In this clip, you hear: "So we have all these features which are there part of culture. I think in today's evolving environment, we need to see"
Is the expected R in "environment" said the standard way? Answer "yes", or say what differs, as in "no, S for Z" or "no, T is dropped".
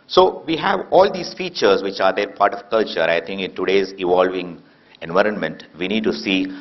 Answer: yes